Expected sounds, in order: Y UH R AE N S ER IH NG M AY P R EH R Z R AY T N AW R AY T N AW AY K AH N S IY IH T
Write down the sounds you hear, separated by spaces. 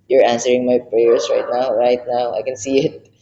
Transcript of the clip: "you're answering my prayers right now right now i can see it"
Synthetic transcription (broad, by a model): Y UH R AE N S ER IH NG M AY P R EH R S R AY T N AW R AY T N AW AY K AH N S IY IH T